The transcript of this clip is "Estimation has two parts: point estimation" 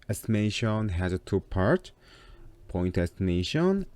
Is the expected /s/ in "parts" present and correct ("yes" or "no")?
no